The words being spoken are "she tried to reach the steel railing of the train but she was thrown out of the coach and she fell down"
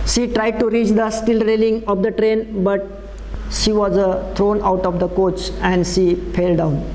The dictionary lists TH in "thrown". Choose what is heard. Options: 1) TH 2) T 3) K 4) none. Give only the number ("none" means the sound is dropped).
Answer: 2